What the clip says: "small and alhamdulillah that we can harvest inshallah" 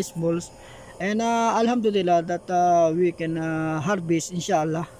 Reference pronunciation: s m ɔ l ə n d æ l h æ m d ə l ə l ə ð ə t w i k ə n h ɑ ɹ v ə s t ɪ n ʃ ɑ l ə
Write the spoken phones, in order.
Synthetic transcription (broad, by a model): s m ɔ l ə n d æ l h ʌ m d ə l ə l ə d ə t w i k ə n h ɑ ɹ b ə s ɪ n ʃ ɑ l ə